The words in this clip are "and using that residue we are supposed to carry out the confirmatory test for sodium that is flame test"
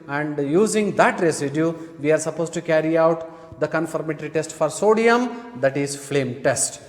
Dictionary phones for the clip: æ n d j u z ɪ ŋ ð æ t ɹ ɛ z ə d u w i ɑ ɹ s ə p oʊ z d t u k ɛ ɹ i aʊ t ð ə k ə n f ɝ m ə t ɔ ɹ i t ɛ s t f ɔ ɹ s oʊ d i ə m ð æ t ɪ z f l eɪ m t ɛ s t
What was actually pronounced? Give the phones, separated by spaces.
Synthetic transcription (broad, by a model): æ n d j u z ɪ ŋ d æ t ɹ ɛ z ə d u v i ɑ ɹ s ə p oʊ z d t u k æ ɹ i aʊ t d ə k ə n f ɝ m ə t ɹ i t ɛ s t f ɔ ɹ s oʊ d i ə m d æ t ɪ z f l eɪ m t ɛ s t